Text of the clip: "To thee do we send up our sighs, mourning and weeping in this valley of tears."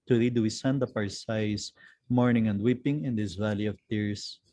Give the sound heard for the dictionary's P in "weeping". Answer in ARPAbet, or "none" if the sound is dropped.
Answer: P